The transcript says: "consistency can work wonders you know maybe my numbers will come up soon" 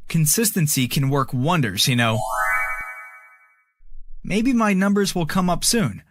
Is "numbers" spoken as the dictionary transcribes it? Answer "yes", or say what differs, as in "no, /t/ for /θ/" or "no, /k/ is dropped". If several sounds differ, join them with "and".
yes